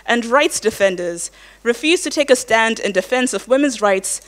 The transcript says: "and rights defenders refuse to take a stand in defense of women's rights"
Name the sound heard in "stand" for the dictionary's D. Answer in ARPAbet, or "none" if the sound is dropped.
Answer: D